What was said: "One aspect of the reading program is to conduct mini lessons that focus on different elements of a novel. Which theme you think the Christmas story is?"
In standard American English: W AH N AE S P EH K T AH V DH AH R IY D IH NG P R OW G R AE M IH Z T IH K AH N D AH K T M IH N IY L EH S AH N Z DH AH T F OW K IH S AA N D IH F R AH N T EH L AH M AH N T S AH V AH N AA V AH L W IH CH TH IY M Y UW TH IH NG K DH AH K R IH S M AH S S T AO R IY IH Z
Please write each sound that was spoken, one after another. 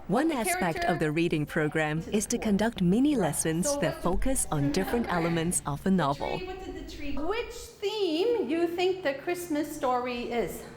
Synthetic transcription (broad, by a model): W AH N AE S P EH K T AH V DH AH R IY D IH NG P R OW G R AE M IH Z T IH K AH N D AH K T M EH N IY L EH S AH N Z DH AH T F OW K IH S N D IH F R AH N T EH L AH M AH N T S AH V AH N AA V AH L W IH CH TH IY M Y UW TH IH NG K DH AH K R IH S M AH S S T AO R IY IH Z